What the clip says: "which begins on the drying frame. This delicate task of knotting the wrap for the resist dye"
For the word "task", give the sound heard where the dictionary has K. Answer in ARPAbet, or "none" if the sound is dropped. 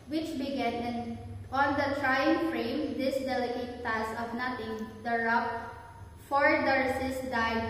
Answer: none